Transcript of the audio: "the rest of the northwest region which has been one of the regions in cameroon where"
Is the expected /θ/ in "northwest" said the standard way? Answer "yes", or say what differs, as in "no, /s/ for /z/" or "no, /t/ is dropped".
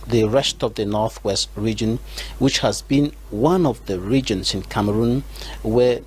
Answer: yes